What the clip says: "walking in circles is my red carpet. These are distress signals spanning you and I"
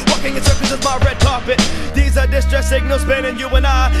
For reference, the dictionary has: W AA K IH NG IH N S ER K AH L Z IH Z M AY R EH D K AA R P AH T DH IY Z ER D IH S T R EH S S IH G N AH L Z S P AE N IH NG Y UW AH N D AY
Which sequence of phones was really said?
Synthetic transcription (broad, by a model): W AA K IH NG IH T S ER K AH Z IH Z M AY R EH D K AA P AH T DH IY Z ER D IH S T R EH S S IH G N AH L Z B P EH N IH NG Y UW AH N AY